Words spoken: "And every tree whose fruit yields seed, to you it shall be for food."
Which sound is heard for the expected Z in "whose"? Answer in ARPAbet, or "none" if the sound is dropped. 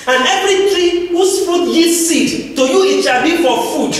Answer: S